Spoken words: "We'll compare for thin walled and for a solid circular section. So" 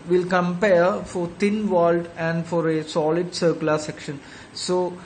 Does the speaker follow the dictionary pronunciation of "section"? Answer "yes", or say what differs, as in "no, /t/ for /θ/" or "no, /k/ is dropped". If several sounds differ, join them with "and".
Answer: yes